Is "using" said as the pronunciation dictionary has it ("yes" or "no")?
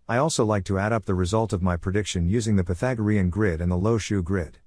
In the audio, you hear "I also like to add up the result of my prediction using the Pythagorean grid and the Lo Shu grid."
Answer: yes